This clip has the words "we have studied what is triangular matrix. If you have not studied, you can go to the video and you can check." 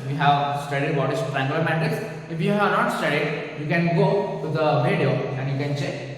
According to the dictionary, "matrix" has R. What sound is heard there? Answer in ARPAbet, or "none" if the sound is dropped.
none